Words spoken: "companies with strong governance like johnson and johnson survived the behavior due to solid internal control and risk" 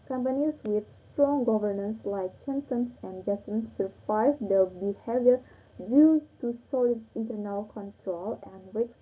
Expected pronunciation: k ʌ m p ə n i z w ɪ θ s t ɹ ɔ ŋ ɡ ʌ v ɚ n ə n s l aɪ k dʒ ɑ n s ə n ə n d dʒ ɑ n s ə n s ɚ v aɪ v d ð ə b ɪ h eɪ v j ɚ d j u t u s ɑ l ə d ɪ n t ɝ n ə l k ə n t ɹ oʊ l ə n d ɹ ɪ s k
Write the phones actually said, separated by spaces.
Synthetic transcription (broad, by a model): k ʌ m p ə n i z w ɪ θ s t ɹ ɔ ŋ ɡ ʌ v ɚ n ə n s l aɪ k tʃ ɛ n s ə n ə n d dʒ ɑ s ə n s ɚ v aɪ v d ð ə b ɪ h eɪ v j ɚ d j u t u s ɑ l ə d ɪ n t ɝ n ə l k ə n t ɹ oʊ l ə n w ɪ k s